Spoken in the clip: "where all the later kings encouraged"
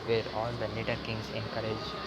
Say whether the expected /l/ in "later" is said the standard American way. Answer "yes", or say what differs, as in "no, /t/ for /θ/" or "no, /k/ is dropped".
no, /n/ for /l/